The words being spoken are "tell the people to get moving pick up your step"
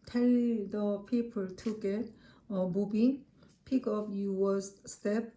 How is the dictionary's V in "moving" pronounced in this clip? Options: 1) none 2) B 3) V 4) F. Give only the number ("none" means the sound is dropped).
2